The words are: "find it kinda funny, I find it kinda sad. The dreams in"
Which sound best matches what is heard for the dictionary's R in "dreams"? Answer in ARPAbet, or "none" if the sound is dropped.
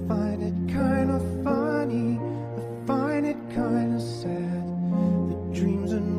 R